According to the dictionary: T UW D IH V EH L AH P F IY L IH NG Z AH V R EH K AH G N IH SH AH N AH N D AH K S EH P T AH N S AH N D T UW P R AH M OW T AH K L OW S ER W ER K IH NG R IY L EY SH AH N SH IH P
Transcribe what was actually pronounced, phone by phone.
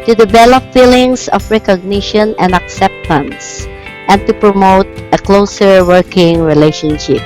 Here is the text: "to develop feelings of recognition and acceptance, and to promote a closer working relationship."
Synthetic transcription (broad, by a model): T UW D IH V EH L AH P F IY L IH NG S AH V R EH K AH G N IH SH AH N AH N D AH K S EH P T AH N S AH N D T UW P R AH M OW T AH K L OW S ER W ER K IH NG R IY L EY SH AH N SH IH P